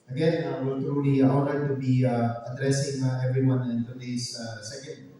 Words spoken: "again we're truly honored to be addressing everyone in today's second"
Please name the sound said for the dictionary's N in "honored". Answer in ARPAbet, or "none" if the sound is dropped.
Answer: L